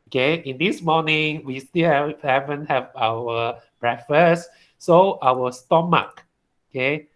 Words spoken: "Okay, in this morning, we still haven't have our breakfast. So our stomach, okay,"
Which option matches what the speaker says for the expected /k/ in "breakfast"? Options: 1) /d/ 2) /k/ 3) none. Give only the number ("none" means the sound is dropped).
3